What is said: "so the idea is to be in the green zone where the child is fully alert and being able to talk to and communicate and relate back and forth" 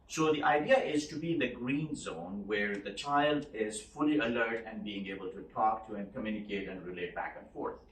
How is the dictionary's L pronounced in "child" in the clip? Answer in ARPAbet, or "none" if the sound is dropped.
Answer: L